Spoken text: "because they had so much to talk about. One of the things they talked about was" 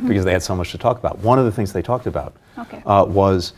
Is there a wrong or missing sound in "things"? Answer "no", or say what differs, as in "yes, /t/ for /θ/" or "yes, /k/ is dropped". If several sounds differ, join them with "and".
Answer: no